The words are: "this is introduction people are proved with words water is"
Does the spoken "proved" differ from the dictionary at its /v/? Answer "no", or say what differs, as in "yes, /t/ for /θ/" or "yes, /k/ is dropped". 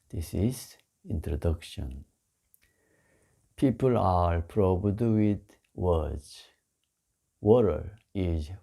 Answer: yes, /b/ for /v/